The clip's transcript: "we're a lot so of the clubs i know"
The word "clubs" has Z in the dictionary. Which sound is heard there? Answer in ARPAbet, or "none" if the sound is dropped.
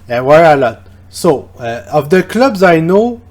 Z